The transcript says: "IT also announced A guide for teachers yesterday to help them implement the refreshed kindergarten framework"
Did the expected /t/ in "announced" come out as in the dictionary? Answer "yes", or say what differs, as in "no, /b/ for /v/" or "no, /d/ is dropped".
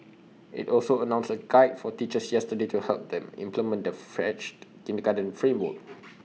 no, /t/ is dropped